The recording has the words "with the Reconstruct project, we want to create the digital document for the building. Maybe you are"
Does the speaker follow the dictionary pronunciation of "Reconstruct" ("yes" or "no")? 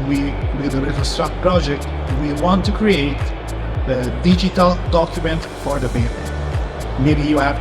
no